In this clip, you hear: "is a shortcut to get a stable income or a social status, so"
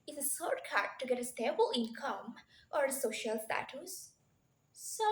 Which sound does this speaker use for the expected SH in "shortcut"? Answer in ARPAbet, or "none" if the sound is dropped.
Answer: S